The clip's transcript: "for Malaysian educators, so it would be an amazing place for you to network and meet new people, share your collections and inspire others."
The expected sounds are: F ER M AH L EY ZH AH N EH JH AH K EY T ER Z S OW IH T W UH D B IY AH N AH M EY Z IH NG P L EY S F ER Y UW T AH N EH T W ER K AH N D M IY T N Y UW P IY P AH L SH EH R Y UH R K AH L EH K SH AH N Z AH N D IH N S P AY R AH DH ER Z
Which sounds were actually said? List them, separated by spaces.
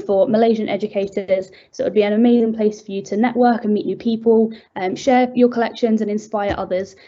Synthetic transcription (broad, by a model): F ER M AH L EY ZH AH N EH JH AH K EY T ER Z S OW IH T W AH D B IY AH N AH M EY Z IH NG P L EY S F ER Y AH T AH N EH T W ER K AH N M IY T N Y UW P IY P AH L SH EH Y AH K AH L EH K SH AH N Z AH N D IH N S P AY R AH DH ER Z